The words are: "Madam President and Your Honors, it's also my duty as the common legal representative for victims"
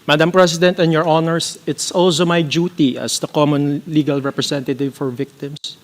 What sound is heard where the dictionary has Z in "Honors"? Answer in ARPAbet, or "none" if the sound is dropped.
S